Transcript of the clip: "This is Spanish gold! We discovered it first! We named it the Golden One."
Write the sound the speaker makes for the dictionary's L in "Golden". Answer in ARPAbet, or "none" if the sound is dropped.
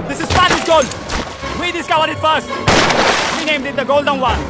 L